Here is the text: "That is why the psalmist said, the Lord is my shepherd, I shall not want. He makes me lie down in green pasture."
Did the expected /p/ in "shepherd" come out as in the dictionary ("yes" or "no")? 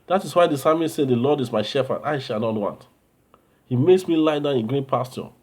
no